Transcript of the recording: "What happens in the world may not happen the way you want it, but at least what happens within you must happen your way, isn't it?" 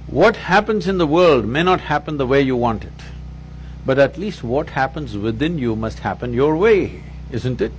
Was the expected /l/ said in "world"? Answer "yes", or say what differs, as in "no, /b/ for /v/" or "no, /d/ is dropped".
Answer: yes